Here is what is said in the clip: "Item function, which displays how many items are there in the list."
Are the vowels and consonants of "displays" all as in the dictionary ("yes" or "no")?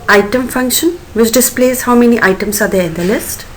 yes